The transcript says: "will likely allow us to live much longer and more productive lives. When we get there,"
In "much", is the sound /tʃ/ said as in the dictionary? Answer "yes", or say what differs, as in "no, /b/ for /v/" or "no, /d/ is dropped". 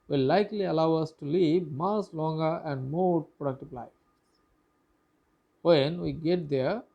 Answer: no, /s/ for /tʃ/